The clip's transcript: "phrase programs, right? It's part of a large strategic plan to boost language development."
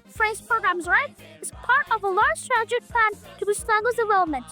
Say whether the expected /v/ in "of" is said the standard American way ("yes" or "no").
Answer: yes